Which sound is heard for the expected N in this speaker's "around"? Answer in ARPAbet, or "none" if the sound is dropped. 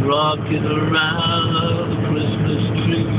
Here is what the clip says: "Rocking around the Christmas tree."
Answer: L